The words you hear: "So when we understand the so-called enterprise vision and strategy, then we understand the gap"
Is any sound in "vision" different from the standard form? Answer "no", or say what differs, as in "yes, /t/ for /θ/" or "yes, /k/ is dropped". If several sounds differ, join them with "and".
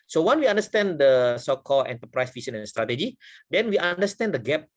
yes, /s/ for /ʒ/